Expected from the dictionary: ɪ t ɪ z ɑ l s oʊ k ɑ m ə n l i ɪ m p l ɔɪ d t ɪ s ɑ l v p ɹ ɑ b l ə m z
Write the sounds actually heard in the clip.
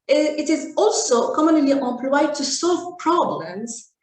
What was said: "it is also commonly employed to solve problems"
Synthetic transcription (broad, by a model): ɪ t ɪ z ɑ l s oʊ k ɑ m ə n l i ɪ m p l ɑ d t ɪ s ɑ l v p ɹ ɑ b l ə m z